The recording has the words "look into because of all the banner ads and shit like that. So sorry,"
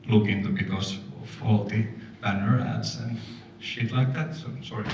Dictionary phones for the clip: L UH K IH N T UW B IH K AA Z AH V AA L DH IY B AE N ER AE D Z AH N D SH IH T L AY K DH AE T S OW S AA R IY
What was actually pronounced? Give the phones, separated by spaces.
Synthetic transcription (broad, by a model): L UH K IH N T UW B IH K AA S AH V AA L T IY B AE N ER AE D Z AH N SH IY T L AY K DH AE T S OW S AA R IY